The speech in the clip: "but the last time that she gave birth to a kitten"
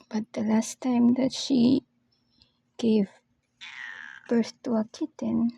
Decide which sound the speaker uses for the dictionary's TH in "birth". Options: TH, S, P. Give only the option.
S